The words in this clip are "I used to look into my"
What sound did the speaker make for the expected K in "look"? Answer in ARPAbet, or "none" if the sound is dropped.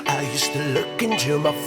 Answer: K